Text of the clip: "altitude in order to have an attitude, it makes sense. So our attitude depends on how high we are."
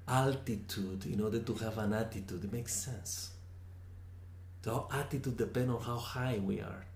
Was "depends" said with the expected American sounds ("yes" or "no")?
no